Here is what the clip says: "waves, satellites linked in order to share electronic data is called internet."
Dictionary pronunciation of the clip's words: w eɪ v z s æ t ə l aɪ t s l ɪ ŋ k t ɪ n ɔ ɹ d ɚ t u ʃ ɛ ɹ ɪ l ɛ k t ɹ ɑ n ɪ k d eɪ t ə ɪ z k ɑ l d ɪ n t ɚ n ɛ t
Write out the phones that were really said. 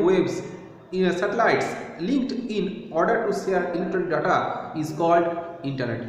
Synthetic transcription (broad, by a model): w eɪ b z s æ t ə l aɪ t s l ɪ ŋ k t ɪ n ɔ ɹ d ɚ t u s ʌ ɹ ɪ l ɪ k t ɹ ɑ l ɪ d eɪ t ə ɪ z k ɑ l d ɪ n t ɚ n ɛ t